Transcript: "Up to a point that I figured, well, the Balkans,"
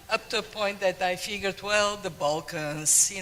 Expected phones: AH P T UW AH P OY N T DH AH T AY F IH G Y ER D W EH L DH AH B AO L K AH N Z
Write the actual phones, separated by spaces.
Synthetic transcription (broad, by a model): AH P T UW AH P OY N T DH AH T AY F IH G Y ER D W EH L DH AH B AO L K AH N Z